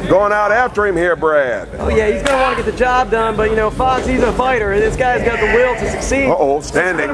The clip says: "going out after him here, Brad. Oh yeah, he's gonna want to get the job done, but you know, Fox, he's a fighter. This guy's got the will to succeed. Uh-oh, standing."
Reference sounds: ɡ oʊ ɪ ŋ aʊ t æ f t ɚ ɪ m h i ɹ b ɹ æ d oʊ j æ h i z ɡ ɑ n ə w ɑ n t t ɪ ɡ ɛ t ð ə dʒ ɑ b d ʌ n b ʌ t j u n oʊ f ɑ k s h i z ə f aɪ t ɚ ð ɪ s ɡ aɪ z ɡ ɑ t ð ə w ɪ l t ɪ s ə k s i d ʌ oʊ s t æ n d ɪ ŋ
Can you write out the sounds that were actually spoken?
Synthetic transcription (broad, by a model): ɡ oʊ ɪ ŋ aʊ t æ f t ɚ ɪ m h i ɹ b ɹ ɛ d oʊ j æ h i z ɡ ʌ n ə w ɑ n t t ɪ ɡ ɛ t ð ə dʒ ɑ b d ʌ n b ʌ t j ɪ n oʊ f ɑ s h i z ə f aɪ t ɚ ð ɪ s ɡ aɪ z ɡ ɑ t ð ə w ɪ l t ɪ s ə k s i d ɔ oʊ s t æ n d ɪ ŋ